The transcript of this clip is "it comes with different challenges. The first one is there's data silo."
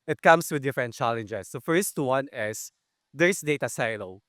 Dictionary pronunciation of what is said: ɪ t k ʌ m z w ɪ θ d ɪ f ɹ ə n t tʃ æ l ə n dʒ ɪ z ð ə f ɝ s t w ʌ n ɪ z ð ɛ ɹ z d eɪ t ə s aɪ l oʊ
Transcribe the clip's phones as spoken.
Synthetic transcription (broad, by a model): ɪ t k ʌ m s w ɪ d ɪ f ɹ ə n t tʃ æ l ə n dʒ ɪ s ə f ɝ s t w ʌ n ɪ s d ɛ ɹ s d eɪ t ə s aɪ l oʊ